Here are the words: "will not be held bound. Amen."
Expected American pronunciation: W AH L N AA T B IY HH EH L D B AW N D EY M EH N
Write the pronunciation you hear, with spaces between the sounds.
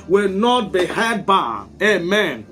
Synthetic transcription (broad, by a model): W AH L N AA T B IY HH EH D B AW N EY M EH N